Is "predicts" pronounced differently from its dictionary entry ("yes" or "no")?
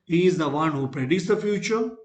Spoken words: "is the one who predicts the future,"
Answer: yes